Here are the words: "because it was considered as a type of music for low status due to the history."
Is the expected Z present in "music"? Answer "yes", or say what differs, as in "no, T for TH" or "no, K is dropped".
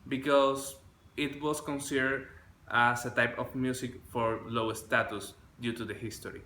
no, S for Z